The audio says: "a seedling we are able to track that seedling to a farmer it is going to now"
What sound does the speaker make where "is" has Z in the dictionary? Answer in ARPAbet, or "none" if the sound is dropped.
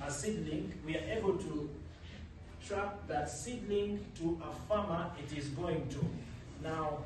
Z